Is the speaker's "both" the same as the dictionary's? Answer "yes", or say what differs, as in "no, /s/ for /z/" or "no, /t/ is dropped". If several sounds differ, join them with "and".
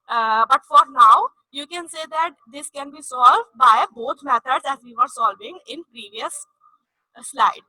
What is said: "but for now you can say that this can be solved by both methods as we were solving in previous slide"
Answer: no, /t/ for /θ/